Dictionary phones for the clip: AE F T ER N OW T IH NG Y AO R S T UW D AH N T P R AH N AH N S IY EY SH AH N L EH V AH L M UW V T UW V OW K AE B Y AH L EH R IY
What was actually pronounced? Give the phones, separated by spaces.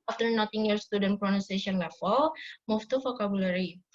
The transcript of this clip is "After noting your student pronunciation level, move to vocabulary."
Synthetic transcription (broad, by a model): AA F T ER N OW T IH NG Y AO R S T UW D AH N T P R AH N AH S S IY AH N L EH F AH L M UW F T UW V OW K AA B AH L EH R IY